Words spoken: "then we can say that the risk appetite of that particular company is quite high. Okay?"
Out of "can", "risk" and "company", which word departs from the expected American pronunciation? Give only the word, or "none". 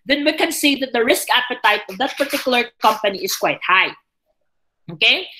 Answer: none